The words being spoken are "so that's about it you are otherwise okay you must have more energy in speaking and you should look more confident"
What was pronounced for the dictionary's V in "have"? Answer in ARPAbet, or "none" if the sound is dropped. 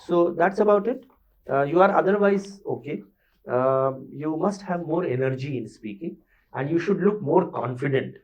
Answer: V